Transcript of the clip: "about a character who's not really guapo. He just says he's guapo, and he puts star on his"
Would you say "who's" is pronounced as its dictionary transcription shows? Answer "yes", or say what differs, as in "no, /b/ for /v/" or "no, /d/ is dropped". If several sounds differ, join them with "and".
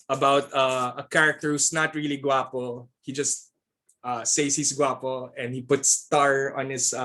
no, /s/ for /z/